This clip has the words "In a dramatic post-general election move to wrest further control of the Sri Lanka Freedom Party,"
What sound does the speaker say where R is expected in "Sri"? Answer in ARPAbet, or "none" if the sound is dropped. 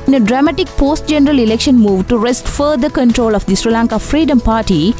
R